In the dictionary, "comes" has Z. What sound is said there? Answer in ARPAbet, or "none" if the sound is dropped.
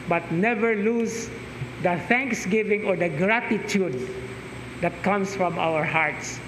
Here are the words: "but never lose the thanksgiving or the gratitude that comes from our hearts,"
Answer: S